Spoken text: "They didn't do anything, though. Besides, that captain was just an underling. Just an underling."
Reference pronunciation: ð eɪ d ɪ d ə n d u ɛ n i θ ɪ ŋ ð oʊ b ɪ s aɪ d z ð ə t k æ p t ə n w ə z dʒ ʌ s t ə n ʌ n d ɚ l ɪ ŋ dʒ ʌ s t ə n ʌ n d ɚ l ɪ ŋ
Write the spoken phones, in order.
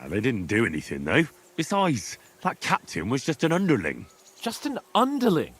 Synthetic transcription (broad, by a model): ð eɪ d ɪ d n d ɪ ɛ n i θ ɪ ŋ ð oʊ b ɪ s aɪ d z ð ə t k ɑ p t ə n w ə z dʒ ʌ s t ə n ʌ n d ɚ l ɪ ŋ dʒ ʌ s t ə n ʌ n d ɚ l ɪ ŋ